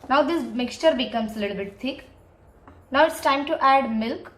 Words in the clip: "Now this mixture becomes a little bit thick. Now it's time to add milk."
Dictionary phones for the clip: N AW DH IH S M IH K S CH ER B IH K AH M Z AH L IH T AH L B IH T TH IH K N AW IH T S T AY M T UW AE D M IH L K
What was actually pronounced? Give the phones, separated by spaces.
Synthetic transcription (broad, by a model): N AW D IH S M IH K S CH ER B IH K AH M S AH L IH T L B IH T T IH K N AW IH T S T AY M T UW AE D M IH L K